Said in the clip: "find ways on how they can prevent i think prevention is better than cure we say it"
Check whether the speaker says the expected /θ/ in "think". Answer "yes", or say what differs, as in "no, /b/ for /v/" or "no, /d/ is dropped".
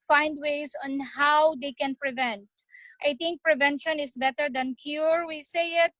no, /t/ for /θ/